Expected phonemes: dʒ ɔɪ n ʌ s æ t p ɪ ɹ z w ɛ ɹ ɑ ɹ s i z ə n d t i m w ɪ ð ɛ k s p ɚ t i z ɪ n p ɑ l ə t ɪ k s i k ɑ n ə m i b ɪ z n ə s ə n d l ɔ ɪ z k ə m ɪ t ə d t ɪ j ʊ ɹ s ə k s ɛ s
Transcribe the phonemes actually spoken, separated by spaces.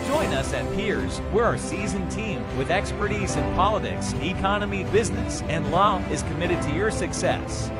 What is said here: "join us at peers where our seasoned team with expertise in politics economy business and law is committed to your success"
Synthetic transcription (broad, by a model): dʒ ɔɪ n ʌ s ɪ t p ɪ ɹ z w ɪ ɹ ɑ ɹ s i z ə n t i m w ɪ ð ɛ k s p ɚ t i z ɪ n p ɑ l ə t ɪ k s i k ɑ n ə m i b ɪ z n ə s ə n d l ɔ ɪ z k ə m ɪ t ə d t ɪ j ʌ ɹ s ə k s ɛ s